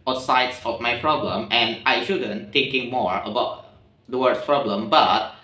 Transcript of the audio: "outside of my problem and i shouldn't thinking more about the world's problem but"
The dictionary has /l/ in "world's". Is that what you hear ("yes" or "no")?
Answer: no